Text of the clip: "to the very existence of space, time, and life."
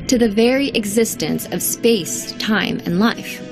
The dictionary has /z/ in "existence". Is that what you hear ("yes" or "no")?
yes